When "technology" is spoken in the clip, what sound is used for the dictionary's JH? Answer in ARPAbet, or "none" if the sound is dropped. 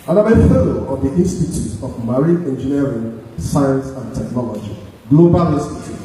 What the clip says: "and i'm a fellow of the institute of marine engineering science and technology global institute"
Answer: JH